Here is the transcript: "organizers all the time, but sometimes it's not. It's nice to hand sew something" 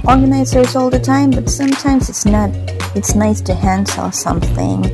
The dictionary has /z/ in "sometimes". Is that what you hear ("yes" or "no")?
yes